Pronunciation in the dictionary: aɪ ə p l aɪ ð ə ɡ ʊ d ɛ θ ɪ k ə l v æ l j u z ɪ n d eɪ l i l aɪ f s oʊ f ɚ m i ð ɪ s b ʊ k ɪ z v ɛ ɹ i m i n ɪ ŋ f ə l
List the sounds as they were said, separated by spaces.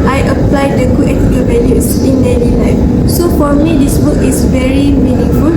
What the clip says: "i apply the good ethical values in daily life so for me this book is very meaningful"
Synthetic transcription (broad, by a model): aɪ ə p l aɪ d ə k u ɛ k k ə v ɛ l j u s ɪ n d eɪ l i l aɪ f s oʊ f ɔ m i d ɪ s b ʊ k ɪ s v ɛ ɹ i m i n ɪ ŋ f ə l